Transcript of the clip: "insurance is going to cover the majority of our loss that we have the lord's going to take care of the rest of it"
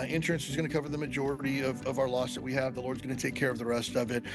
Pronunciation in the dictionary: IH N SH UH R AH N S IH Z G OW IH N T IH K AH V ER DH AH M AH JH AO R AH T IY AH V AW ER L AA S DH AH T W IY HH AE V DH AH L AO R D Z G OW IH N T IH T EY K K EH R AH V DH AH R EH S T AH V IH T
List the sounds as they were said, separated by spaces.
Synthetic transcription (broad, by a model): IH N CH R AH N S IH Z G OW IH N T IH K AH V ER DH AH M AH JH AO R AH T IY AH V AW ER L AA S DH AH T W IY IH V DH AH L AO R D Z G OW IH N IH T EY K K EH R AH V DH AH R EH S T AH V IH T